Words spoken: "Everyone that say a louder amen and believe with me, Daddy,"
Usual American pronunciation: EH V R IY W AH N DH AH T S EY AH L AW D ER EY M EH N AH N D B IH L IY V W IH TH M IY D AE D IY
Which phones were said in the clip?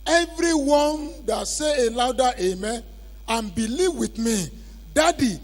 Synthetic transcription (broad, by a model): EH V R IY W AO N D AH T S EY AH L AW D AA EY M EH AH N B IH L IY V W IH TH M IY D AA D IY